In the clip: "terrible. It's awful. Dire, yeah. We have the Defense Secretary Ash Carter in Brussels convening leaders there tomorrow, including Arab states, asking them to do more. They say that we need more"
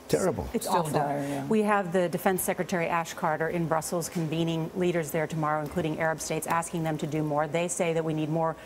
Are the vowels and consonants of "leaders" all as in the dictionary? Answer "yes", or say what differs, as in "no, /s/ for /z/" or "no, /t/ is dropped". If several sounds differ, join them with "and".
yes